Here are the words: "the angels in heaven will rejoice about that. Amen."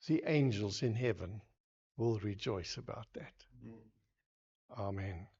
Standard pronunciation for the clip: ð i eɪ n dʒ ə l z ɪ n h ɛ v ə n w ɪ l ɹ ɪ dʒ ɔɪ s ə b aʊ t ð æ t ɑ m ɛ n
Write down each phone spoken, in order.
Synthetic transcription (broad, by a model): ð i eɪ n dʒ ə l z ɪ n h ɛ v ə n w ɪ l ɹ ɪ dʒ ɔɪ s ə b aʊ t ð æ t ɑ m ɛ n